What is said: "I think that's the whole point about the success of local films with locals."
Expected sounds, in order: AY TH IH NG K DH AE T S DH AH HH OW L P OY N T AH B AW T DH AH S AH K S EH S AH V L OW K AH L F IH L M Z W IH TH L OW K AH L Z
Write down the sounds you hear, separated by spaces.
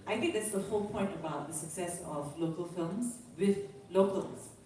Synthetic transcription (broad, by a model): AY T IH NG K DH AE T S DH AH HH OW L P OY N T AH B AW T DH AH S AH K S EH S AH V L OW K AH L F IH L M Z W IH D L OW K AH L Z